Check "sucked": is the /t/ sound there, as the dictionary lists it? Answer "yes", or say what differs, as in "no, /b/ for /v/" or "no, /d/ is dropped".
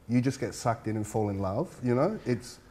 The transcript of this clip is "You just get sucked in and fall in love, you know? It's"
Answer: yes